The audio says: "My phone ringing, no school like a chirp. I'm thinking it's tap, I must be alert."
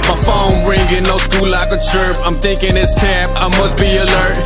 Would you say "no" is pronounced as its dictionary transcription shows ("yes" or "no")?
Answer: no